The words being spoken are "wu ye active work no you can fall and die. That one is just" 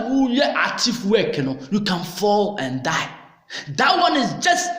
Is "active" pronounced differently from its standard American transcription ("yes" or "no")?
yes